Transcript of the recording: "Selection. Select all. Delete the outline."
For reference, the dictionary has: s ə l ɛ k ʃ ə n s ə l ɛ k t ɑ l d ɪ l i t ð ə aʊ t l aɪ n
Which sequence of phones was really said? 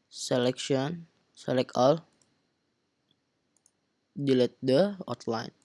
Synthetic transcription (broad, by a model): s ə l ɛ k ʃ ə n s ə l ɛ k ɑ l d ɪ l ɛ t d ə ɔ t l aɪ n